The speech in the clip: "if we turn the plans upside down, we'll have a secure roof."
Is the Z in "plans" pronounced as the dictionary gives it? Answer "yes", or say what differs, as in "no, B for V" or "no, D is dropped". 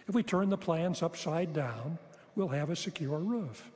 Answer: yes